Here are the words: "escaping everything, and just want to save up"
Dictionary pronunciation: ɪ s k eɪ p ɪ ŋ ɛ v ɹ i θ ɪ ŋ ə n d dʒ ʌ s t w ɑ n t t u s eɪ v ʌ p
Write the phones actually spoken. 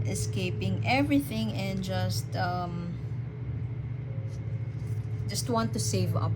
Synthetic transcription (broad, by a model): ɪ s k eɪ p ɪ ŋ ɛ v ɹ i θ ɪ ŋ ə n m dʒ ʌ s t w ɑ n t t u s eɪ v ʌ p